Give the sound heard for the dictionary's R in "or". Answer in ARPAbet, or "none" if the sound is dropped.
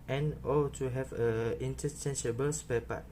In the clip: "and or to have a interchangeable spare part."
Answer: L